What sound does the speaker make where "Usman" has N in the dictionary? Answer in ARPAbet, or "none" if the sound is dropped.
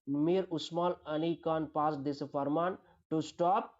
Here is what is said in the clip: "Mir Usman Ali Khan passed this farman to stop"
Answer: L